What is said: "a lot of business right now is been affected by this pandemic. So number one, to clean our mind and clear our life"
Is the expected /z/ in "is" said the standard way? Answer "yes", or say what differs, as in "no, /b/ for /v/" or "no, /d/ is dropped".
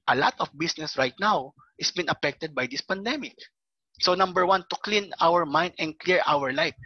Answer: no, /s/ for /z/